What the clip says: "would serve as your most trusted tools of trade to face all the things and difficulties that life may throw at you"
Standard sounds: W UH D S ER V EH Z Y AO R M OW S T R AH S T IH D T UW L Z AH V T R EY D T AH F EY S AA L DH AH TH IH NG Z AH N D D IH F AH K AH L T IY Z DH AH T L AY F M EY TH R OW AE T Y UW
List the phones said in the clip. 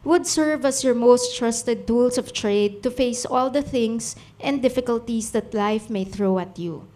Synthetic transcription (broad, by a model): W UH D S ER V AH S Y AO R M OW S T R AH S T IH D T UW L S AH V T R EY D T AH F EY S AA L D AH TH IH NG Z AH N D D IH F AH K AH L T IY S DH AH T L AY F M EY TH R OW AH T Y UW